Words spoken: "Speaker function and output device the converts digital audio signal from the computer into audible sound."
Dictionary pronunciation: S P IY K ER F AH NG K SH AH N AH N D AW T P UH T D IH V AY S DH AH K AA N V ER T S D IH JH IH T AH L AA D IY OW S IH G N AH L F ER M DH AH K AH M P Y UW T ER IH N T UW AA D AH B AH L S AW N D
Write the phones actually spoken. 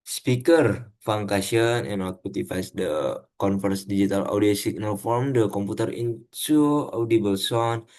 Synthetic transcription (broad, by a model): S P IY K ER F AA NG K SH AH N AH N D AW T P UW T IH F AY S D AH K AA N F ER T S D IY JH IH T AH L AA D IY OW S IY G N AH L F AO M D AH K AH M P UW T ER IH N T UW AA D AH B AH L S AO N